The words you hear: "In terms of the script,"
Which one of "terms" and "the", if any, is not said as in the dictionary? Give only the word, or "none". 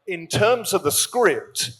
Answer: none